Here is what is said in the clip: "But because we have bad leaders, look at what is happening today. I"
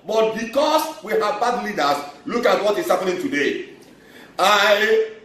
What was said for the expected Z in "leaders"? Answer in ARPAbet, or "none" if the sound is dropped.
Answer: S